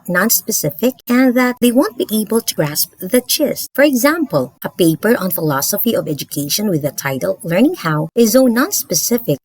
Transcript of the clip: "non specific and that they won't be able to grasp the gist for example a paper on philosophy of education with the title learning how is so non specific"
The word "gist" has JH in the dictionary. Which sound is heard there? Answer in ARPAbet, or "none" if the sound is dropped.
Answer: CH